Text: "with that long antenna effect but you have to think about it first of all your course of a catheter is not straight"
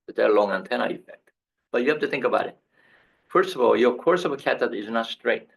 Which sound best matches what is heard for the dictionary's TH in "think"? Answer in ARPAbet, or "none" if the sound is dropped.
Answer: TH